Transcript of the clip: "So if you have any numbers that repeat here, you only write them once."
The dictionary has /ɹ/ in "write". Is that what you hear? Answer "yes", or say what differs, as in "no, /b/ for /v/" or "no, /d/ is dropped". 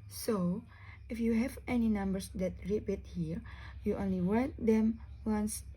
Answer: no, /w/ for /ɹ/